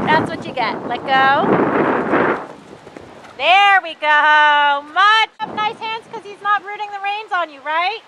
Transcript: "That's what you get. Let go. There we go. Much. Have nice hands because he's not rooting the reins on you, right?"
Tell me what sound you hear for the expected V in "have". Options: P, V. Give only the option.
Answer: P